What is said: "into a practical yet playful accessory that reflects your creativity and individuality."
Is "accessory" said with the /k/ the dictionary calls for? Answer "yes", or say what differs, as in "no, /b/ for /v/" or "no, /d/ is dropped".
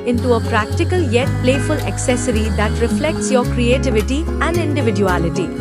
yes